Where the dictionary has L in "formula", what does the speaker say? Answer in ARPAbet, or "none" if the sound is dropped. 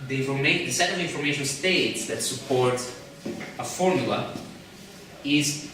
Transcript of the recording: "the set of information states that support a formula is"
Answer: L